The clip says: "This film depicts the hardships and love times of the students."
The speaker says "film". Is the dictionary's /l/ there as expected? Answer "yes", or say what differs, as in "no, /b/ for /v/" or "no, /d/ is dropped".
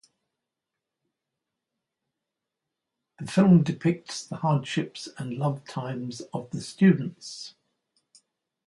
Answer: yes